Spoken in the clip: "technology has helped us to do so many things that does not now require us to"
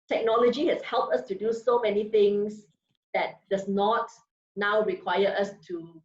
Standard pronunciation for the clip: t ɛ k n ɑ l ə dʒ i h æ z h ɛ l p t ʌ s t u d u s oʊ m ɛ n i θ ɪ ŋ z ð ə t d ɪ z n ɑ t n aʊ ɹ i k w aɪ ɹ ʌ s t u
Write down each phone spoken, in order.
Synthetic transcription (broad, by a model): t ɛ k n ɑ l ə dʒ i h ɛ s h ɛ l p t ʌ s t u d u s oʊ m ɛ n i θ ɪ ŋ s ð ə t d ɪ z n ɑ t n aʊ ɹ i k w aɪ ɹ ʌ s t u